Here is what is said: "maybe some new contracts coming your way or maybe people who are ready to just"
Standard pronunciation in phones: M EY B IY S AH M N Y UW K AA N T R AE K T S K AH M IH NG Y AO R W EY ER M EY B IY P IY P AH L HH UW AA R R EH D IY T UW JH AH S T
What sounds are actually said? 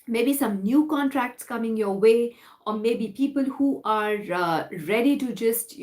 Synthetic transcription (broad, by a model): M EY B IY S AH M N Y UW K AA N T R AE K T S K AH M IH NG Y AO W EY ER M EY B IY P IY P AH L HH UW AA R R EH D IY T UW JH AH S T